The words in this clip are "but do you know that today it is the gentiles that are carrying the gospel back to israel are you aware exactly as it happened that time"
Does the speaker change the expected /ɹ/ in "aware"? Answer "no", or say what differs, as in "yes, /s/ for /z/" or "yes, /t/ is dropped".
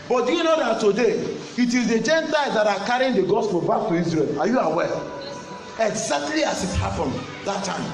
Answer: yes, /l/ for /ɹ/